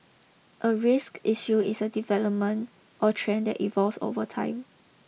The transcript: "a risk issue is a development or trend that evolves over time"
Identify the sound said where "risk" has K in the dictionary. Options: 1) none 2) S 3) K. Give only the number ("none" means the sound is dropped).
3